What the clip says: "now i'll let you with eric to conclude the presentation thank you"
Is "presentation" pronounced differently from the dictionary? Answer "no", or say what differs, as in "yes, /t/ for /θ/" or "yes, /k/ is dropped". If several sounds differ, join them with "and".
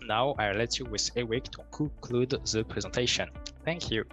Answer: no